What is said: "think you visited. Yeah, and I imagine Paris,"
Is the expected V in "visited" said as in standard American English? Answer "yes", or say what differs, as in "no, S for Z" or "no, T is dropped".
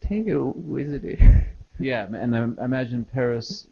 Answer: no, W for V